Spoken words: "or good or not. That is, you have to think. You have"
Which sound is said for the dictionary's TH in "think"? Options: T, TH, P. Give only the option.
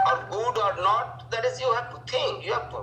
T